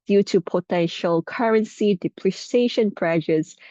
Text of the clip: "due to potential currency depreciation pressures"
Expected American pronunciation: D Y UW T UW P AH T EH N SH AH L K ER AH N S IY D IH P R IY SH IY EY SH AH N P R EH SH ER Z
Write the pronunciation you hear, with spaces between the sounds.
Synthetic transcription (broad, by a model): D Y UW T UW P AH T EH N SH AH L K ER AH N S IY D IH P L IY S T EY SH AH N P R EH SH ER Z